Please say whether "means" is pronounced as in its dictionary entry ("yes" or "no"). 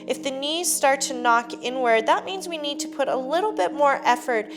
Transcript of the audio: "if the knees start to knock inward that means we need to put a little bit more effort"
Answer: yes